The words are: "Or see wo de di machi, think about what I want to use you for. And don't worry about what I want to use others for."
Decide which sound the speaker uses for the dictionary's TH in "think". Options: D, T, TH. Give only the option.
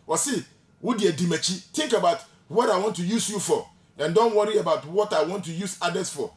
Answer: T